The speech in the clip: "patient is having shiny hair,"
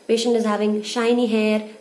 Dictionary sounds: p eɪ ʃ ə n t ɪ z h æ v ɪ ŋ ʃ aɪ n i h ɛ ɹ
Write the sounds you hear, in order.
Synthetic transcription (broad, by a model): p eɪ ʃ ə n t ɪ z h æ v ɪ ŋ ʃ aɪ n i h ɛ ɹ